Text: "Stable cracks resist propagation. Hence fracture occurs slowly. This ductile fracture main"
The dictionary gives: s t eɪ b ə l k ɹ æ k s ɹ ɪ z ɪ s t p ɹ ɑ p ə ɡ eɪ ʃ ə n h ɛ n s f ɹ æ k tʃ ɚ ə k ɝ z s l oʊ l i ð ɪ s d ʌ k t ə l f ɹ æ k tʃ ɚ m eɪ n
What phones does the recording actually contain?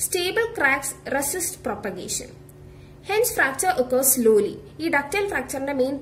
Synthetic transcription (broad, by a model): s t eɪ b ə l k ɹ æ k s ɹ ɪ s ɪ s t p ɹ ɑ p ə ɡ eɪ ʃ ə n h ɛ n s f ɹ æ k tʃ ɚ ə k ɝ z s l oʊ l i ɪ d ʌ k t ə l f ɹ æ k tʃ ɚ m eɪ n